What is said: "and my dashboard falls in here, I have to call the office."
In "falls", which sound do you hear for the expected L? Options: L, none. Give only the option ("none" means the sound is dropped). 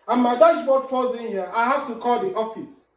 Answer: none